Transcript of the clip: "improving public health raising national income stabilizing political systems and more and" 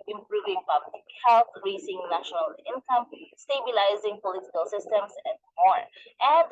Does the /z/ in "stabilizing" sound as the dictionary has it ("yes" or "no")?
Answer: yes